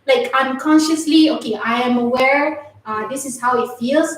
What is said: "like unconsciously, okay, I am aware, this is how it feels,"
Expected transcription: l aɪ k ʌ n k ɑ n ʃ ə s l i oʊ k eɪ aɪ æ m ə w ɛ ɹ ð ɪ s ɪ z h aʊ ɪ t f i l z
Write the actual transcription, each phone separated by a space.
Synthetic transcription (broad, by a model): l aɪ k ʌ n k ɑ n ʃ ə s l i oʊ k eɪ aɪ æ m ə w ɛ ɹ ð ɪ s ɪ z h aʊ ɪ t f i l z